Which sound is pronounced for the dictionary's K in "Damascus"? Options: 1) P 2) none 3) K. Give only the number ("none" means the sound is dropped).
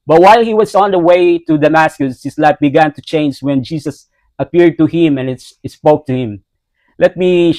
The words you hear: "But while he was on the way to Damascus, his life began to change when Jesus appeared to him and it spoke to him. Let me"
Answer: 3